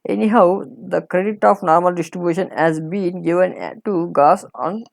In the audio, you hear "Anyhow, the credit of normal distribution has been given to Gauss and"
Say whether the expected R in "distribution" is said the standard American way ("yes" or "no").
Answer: yes